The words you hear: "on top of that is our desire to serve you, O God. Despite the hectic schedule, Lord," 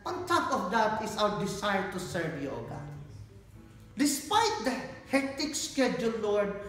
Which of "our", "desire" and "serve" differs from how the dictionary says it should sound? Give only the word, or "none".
desire